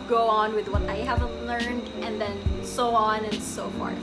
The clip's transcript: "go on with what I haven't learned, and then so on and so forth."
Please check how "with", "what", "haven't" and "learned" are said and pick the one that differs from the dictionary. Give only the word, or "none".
none